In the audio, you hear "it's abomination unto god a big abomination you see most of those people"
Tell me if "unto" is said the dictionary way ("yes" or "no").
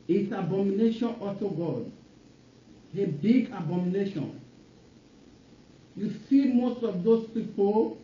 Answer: no